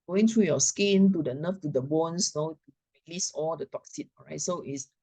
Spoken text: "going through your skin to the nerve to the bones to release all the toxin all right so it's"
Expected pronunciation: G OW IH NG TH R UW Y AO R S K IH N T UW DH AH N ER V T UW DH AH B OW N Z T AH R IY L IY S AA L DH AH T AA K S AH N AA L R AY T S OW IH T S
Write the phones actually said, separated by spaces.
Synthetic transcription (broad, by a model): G OW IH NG T R UW Y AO S K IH N T UW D AH N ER F T UW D AH B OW N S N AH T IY L IY S AA L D AH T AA K S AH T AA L R AY T S OW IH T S